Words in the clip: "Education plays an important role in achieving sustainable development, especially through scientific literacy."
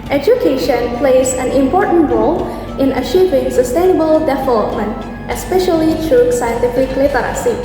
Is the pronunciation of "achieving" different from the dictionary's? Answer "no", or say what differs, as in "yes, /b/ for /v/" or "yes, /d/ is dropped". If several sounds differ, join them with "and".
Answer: no